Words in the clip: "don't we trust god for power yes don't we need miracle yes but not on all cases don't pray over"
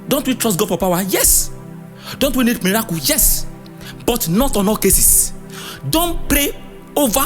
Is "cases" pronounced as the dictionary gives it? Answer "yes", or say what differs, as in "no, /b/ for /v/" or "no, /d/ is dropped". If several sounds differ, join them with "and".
no, /s/ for /z/